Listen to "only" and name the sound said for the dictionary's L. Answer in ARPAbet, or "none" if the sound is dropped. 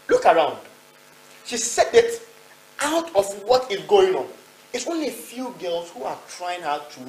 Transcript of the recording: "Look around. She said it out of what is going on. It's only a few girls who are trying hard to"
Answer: L